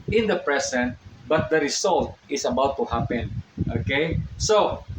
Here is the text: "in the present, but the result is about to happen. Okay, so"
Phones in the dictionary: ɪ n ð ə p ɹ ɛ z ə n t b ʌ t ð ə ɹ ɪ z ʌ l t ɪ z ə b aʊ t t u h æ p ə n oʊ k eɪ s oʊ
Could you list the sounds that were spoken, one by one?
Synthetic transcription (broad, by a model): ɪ n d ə p ɹ ɛ s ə n t b ʌ t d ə ɹ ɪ s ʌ l t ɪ s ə b aʊ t t u h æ p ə n oʊ k eɪ s oʊ